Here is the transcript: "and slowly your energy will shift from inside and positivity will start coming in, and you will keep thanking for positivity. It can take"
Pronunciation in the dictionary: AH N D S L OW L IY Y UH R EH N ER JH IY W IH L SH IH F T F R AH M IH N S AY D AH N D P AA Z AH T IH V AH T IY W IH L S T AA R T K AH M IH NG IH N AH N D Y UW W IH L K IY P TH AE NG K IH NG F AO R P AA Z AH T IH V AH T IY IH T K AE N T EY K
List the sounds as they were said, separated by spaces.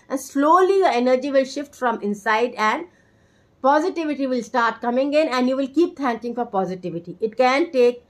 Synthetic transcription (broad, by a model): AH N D S L OW L IY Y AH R EH N ER JH IY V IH L SH IH F T F R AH M IH N S AY D AH N D P AA Z AH T IH V AH T IY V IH L S T AA R T K AH M IH NG IH N AH N D Y UW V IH L K IY P T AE NG K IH NG F AO R P AA Z AH T IH V AH T IY IH T K AE N T EY K